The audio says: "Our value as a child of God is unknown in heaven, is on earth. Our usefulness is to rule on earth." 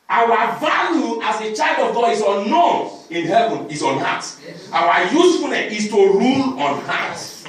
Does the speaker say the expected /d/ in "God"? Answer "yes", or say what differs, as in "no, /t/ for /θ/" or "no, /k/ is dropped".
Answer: no, /d/ is dropped